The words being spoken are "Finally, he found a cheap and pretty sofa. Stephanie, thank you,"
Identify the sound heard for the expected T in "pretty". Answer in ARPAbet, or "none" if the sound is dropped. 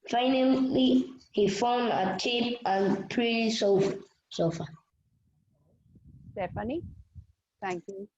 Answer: S